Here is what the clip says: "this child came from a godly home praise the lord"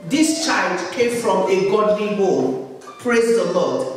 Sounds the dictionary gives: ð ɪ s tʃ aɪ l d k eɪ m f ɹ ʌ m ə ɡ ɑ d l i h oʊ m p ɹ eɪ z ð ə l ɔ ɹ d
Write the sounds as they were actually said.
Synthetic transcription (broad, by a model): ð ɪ s tʃ aɪ l d k eɪ m f ɹ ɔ m ə ɡ ɑ d l i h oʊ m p ɹ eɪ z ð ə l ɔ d